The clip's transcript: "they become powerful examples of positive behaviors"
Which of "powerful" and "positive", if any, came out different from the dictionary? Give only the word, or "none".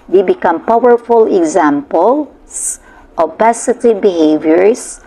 positive